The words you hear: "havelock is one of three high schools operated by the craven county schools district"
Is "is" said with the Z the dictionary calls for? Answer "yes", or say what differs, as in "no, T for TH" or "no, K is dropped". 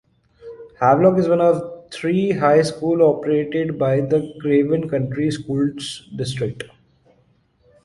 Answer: yes